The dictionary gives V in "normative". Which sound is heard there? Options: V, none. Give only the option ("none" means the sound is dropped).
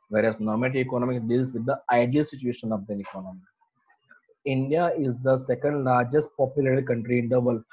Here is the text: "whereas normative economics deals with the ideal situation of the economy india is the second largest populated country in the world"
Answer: none